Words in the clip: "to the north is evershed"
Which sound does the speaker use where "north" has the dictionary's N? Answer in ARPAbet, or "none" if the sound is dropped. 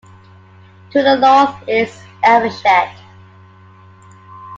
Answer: L